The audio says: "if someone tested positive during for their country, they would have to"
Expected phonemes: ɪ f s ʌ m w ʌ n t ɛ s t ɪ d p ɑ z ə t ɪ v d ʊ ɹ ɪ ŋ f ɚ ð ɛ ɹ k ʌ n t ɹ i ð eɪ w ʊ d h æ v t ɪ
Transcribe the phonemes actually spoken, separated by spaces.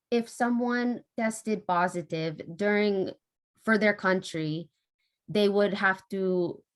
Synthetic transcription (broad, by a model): ɪ f s ʌ m w ʌ n t ɛ s t ɪ d p ɑ z ə t ɪ v d ʊ ɹ ɪ ŋ f ɚ ð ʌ ɹ k ʌ n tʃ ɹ i ð eɪ w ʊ d h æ f t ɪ